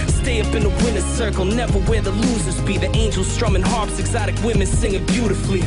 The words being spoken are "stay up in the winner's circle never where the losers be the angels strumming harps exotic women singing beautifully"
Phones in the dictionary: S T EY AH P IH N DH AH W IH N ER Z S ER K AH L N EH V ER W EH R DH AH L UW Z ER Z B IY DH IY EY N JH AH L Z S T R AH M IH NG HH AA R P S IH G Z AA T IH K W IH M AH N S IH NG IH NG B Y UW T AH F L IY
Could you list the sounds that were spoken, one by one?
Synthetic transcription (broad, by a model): S T EY AH P IH N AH W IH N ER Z S ER K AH L N EH V ER W EH R DH AH L UW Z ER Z B IY DH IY EY N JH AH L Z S T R AH M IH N HH AA R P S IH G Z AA T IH K W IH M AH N S IH NG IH B Y UW T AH F L IY